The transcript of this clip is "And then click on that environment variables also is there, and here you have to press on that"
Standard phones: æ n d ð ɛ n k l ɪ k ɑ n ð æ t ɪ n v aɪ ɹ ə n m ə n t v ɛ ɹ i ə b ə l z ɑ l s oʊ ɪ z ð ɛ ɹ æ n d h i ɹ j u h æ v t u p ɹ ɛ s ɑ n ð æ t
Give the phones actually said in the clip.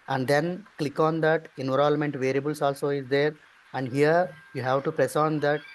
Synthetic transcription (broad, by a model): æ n d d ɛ n k l ɪ k ɑ n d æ t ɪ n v ɹ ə l m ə n t v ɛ ɹ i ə b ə l s ɑ l s oʊ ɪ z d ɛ ɹ æ n d h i ɹ j u h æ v t u p ɹ ɛ s ɑ n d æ t